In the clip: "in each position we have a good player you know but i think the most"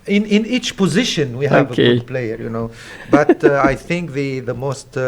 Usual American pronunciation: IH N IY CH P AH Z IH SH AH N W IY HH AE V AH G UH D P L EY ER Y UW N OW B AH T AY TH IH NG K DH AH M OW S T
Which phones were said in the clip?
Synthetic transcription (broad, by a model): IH N IY CH P AH Z IH SH AH N W IY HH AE V AH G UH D P L EY ER Y UW N OW B AH T AY TH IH NG K DH AH M OW S T